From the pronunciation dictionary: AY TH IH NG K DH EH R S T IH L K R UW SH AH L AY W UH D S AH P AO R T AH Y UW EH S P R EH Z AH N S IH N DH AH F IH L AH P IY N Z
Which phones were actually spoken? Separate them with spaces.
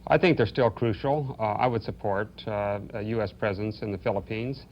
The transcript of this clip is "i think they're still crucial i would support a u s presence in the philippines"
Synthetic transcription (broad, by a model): AY TH IH NG K DH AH R S T IH L K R UW SH L AY W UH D S AH P AO R T Y UW EH S P R EH Z AH N S IH N DH AH F IH L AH P IY N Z